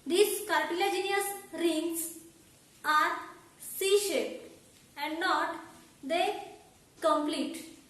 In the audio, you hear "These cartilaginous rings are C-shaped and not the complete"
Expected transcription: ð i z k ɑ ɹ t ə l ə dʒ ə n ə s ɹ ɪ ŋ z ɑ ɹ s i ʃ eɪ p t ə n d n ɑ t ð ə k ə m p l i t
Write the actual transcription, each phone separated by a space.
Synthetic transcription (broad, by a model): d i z k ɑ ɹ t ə ə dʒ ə n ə s ɹ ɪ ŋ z ɑ ɹ s i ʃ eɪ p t ə n d n ɑ t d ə k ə m p l i t